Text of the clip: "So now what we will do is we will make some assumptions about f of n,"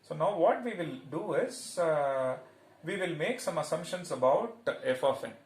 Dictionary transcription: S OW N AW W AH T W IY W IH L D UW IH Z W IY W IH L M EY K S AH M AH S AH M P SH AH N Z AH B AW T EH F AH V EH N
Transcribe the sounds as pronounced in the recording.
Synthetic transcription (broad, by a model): S OW N AW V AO T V IY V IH L D UW IH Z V IY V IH L M EY K S AH M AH S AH M P SH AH N S AH B AW T EH F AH F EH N